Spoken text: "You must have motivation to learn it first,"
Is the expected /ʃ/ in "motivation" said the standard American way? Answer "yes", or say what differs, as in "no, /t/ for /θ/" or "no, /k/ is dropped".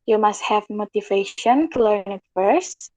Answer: yes